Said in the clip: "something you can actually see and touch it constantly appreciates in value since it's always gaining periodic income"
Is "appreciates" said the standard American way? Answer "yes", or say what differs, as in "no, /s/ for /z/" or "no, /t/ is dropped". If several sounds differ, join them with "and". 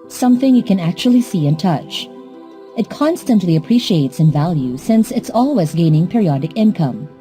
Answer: yes